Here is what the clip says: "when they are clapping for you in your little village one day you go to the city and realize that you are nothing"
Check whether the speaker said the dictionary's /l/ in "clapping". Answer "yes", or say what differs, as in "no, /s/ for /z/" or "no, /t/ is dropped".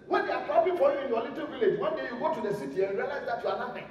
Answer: no, /l/ is dropped